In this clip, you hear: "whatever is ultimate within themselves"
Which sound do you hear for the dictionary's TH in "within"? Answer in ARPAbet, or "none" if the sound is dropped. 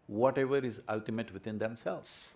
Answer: T